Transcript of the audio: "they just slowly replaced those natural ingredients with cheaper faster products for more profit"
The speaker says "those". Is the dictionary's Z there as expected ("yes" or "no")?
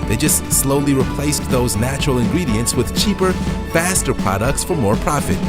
yes